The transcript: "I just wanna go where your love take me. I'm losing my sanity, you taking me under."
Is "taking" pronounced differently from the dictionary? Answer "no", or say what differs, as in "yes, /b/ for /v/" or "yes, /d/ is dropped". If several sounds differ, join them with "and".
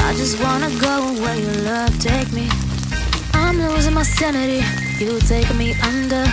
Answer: yes, /k/ is dropped